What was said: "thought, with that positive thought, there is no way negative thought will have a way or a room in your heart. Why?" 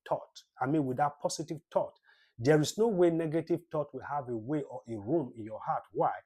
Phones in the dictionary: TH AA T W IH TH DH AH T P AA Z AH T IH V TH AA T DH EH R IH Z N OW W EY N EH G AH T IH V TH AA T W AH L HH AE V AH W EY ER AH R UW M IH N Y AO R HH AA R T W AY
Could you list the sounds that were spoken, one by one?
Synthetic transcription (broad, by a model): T AA T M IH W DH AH T P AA S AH T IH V T AA T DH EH R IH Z N OW W EY N EH G AH T IH V T AA T W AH HH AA V AH W EY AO AH R UW M IH N Y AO HH AA T W AY